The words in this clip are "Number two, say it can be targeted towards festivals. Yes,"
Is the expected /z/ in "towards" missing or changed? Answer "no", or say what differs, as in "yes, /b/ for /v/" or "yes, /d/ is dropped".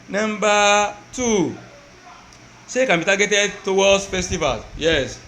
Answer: yes, /z/ is dropped